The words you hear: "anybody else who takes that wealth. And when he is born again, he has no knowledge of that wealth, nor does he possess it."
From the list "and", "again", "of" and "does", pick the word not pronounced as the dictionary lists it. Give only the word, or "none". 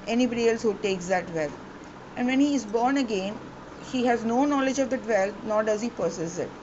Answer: none